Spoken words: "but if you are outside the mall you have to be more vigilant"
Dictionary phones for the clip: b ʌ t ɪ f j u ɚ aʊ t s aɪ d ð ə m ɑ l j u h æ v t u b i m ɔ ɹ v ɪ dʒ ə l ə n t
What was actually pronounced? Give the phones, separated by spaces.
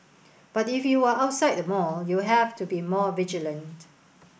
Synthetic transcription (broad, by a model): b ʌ t ɪ f j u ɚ aʊ t s aɪ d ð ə m ɑ l j u h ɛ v t u b i m ɔ v ɪ dʒ ə l ə n t